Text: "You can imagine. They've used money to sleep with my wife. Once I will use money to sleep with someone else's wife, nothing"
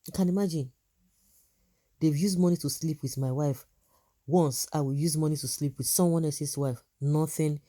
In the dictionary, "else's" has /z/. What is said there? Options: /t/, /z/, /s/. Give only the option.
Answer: /s/